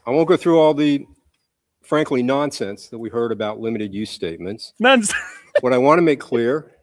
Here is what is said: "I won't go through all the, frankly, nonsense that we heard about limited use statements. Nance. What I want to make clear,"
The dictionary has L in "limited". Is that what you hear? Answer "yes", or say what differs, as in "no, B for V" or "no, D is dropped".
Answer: yes